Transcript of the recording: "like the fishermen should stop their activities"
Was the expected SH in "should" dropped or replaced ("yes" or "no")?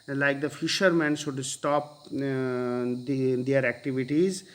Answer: yes